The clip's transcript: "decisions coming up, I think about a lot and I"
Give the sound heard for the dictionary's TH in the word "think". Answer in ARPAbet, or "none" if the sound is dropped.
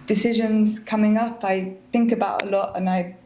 TH